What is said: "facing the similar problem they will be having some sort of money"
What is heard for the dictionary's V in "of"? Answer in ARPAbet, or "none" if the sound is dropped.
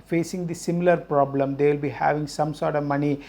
V